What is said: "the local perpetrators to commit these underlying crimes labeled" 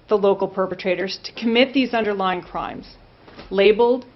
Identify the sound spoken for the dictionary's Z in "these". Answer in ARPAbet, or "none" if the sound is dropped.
Z